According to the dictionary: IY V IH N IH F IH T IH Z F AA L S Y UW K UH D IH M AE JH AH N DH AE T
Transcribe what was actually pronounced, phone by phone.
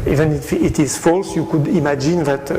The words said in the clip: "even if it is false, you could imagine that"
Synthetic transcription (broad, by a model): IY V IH N IH F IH T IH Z F AA L S Y UW K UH D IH M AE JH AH N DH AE T